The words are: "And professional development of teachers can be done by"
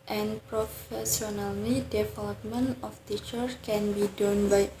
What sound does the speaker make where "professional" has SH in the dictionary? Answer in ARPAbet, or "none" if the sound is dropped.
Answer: S